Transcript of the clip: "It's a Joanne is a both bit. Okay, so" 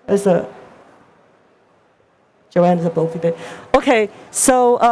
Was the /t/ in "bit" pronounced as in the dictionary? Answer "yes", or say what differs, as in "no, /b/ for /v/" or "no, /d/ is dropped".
no, /t/ is dropped